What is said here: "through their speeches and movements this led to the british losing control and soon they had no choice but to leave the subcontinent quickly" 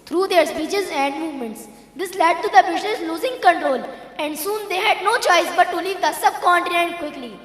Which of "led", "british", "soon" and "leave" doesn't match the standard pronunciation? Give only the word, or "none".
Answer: british